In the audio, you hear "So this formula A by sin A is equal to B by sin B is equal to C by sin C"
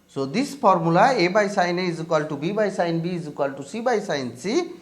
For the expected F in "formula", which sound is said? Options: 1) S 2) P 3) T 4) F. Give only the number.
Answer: 2